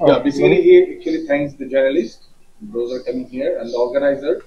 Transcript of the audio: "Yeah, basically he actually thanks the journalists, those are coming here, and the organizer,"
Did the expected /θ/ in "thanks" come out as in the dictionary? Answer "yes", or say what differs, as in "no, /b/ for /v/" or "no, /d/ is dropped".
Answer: no, /t/ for /θ/